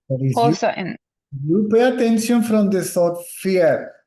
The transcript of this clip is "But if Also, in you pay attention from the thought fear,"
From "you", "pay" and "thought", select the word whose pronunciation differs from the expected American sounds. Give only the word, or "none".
thought